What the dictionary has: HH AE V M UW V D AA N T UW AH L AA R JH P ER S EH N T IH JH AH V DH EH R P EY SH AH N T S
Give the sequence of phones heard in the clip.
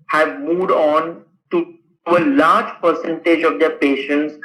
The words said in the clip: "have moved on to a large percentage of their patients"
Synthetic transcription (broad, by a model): HH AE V M UW V D AA N T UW AH L AA R JH P ER S EH N T IH JH AH V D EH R P EY SH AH N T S